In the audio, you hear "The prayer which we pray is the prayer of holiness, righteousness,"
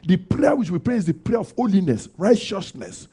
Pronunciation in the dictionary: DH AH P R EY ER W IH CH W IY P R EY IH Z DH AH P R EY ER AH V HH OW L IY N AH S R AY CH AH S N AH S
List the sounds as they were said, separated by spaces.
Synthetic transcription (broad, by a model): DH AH P R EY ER W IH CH W IY P R EY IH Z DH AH P R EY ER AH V HH OW L IY N AH S R AY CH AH S N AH S